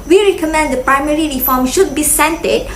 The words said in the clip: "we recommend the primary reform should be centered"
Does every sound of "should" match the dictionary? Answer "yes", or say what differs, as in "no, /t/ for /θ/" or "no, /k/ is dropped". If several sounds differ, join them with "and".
yes